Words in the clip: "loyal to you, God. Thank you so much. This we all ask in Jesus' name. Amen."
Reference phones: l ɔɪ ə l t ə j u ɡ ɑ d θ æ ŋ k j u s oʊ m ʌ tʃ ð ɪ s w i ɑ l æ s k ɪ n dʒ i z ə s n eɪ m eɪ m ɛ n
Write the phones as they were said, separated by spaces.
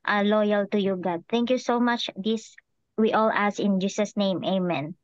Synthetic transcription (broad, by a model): l ɔɪ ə l t ə j u ɡ ɑ d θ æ ŋ k j u s oʊ m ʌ tʃ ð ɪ s w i ɑ l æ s ɪ n dʒ i s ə s n eɪ m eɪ m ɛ n